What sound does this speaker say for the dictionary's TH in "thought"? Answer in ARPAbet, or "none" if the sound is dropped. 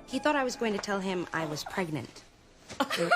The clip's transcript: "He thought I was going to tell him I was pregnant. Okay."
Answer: TH